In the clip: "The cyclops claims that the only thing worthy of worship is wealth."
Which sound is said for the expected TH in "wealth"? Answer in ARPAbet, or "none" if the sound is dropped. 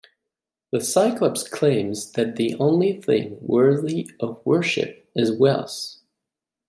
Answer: S